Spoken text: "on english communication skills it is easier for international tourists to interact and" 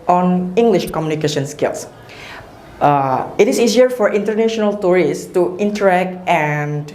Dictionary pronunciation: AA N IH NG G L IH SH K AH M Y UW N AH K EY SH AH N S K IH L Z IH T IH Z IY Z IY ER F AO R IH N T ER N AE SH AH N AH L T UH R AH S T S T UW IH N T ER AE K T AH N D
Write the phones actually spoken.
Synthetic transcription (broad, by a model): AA N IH NG G L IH SH K AH M Y UW N AH K EY SH AH N S K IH L S IH T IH S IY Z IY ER F AO R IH N T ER N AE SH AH N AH L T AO R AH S S T UW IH N T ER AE K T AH N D